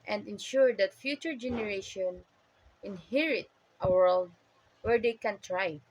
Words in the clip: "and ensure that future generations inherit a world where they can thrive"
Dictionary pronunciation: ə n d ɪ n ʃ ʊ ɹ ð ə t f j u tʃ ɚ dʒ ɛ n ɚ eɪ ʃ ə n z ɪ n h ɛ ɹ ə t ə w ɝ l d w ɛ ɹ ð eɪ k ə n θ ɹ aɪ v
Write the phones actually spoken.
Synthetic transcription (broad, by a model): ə n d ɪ n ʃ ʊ ɹ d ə t f j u tʃ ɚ dʒ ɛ n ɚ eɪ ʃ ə n ɪ n h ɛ ɹ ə t ə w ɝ l d w ɛ ɹ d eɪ k ə n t ɹ aɪ